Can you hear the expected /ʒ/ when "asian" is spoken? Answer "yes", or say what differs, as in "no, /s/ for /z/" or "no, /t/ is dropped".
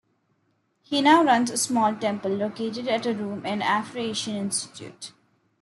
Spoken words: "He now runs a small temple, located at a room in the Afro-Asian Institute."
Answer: no, /ʃ/ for /ʒ/